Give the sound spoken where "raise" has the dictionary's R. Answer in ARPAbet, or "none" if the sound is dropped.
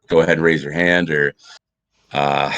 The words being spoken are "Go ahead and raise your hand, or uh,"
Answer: R